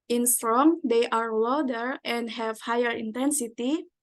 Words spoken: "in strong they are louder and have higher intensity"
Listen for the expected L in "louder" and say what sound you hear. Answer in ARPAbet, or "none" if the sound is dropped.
W